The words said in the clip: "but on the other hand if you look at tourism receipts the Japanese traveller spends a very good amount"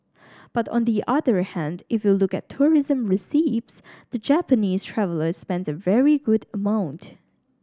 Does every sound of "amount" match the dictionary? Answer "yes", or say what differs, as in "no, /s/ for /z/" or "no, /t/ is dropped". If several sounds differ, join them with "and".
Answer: yes